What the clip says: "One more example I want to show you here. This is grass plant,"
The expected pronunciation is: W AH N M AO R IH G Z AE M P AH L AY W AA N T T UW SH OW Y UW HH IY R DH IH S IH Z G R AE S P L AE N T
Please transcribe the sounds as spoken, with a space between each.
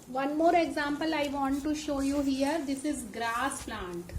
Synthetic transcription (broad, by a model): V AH N M AO R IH G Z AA M P AH L AY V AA N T T UW SH OW Y UW HH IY R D IH S IH Z G R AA S P L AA N T